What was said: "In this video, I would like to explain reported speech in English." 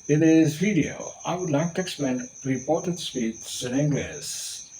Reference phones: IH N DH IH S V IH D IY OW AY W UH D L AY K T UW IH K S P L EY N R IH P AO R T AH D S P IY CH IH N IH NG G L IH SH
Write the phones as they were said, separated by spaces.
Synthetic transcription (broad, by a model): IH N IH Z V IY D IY OW AY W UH D L AY K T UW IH K S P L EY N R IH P AO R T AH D S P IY S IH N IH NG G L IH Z